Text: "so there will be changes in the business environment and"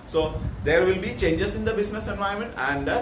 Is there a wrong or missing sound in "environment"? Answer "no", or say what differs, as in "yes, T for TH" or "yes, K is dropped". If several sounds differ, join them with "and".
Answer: yes, R is dropped